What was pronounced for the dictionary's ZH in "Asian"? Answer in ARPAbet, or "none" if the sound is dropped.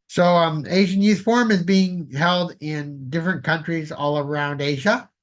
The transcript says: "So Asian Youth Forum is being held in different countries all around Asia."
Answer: ZH